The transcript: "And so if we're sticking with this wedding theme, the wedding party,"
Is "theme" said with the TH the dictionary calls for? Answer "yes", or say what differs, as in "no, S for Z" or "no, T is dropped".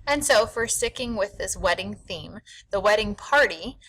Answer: yes